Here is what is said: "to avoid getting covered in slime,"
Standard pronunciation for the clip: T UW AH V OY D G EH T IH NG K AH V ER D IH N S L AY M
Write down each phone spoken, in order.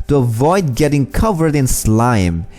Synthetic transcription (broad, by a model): T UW AH V OY D G EH T IH NG K AH V ER D IH N S L AY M